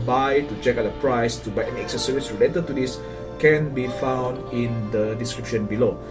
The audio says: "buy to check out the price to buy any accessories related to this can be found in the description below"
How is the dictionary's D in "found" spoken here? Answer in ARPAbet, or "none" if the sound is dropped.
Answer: D